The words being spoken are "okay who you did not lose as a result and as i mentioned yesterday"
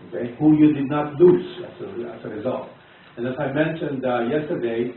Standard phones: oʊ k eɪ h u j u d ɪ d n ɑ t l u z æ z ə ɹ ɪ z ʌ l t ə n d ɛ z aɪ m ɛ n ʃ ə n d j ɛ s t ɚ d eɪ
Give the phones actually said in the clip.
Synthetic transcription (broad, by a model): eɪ h u j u d ɪ d n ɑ t l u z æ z ə ɹ ɪ z ʌ l t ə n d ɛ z aɪ m ɛ n ʃ ə n d j ɛ s t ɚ d eɪ